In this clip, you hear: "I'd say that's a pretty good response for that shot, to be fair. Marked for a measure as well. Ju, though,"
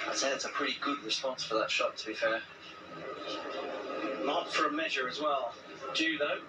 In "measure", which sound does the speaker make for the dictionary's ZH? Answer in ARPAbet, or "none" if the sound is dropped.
ZH